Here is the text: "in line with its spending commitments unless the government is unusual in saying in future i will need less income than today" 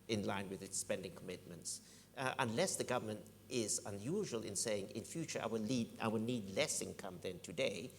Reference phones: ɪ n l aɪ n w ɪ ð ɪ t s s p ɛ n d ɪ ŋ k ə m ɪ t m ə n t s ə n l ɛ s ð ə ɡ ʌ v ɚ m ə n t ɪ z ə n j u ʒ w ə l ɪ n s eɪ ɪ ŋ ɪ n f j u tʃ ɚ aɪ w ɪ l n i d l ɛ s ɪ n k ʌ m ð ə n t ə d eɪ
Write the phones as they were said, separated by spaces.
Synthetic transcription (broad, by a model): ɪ n l aɪ n w ɪ ð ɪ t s s p ɛ n d ɪ ŋ k ə m ɪ t m ə n t s ə n l ɛ s ð ə ɡ ʌ v ɚ m ə n t ɪ z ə n j u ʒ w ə l ɪ n s eɪ ɪ ŋ ɪ n f j u tʃ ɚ aɪ w ɪ l n i d l ɛ s ɪ n k ʌ m ð ə n t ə d eɪ